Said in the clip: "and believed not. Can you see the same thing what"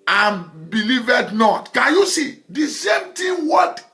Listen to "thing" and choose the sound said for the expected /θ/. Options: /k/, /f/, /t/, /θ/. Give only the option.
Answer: /t/